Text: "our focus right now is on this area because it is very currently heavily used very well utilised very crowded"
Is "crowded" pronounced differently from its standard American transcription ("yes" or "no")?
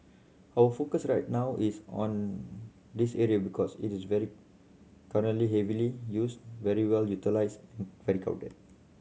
yes